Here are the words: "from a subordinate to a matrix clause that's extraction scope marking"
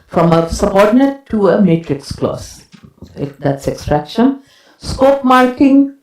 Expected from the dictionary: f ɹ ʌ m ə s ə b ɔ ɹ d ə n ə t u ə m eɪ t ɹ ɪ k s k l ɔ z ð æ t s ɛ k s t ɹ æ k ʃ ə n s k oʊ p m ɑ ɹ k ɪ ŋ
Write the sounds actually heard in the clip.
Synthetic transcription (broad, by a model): f ɹ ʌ m ə s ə b ɔ ɹ d n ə t u ə m eɪ t ɹ ɪ k s k l ɔ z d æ t s ɛ k s t ɹ æ k ʃ ə n s k oʊ p m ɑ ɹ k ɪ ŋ